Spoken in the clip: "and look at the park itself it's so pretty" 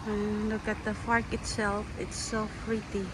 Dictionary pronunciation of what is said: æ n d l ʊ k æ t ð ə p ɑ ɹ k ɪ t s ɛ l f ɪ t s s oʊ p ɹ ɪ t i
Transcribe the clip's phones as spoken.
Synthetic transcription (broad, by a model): l ʊ k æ t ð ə f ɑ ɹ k ɪ t s ɛ l f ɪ t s s oʊ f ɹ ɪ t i